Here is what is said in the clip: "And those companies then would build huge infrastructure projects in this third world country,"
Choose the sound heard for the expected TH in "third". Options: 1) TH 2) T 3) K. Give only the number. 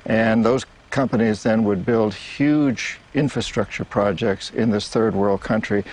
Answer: 1